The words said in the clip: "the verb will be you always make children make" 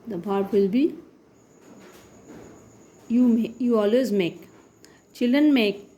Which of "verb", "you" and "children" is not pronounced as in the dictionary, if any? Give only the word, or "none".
verb